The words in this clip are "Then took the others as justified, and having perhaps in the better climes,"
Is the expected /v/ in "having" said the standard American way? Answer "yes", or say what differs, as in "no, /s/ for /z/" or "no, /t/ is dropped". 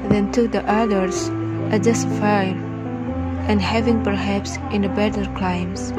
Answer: yes